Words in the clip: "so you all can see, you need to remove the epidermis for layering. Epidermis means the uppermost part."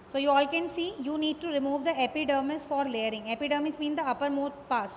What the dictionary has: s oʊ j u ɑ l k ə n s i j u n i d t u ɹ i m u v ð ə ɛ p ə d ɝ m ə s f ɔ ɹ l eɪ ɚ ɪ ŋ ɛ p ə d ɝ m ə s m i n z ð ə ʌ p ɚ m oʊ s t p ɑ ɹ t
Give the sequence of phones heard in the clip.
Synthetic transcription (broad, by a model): s oʊ j u ɑ l k ə n s i j u n i d t u ɹ i m u v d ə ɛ p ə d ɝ m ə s f ɔ ɹ l eɪ ɚ ɪ ŋ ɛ p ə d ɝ m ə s m i n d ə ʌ p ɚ m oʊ t p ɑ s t